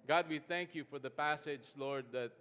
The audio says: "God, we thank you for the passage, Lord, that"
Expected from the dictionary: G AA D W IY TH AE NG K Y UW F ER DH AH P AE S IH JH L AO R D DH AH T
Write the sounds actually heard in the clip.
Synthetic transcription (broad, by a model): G AA D W IY TH AE NG K Y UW F ER DH AH P AE S IH JH L AO R D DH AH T